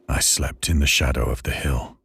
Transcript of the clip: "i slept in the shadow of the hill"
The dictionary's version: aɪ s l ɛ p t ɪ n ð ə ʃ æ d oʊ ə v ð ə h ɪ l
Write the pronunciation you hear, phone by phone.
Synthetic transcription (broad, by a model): aɪ s l ɛ p t ɪ n ð ə ʃ æ d oʊ ə v ð ə h ɪ l